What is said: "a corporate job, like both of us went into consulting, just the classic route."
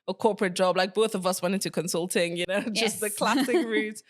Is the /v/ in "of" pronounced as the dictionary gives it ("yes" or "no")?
yes